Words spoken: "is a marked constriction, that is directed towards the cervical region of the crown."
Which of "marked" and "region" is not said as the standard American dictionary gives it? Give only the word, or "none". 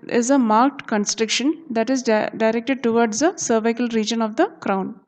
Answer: none